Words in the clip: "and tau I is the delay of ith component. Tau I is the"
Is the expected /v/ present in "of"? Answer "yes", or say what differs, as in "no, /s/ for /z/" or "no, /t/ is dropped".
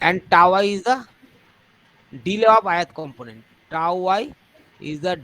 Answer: no, /p/ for /v/